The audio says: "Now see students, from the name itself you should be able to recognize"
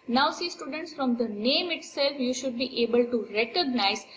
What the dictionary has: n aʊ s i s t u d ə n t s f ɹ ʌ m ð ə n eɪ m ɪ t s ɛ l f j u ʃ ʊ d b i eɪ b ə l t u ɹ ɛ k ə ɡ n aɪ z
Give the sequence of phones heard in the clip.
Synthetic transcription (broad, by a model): n aʊ s i s t u d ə n t s f ɹ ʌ m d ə n eɪ m ɪ t s ɛ l f j u ʃ ʊ d b i eɪ b ə l t u ɹ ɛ k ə ɡ n aɪ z